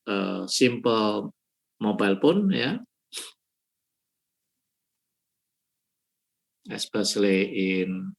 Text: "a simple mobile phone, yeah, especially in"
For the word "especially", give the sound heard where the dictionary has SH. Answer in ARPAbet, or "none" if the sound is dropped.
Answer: S